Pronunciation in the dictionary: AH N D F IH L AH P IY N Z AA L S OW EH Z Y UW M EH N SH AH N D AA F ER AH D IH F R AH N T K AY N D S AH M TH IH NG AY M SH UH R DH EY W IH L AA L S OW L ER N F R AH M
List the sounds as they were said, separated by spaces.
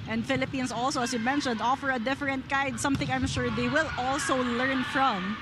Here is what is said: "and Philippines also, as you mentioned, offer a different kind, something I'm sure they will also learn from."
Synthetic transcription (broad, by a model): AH N D F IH L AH P IY N S AA L S OW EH S Y UW M EH N SH AH N D AA F ER AH D IH F R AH N T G AY D S AH M TH IH NG AY M SH UH R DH EY W IH L AA L S OW L ER N F R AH M